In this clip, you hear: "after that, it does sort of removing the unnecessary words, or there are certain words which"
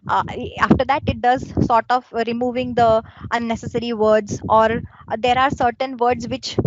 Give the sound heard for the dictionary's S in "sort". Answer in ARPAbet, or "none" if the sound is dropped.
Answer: S